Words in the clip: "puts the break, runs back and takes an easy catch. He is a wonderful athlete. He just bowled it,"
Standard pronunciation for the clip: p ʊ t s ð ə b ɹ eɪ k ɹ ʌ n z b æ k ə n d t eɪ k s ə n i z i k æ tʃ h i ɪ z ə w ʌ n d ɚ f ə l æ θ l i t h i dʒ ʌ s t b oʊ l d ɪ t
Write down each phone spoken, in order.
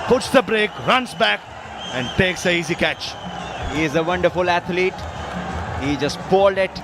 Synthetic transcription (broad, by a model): p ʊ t s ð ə b ɹ eɪ k ɹ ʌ n s b æ k ə n d t eɪ k s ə i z i k æ tʃ h i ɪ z ə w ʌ n d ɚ f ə l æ t l i t h i dʒ ʌ s t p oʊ l d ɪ t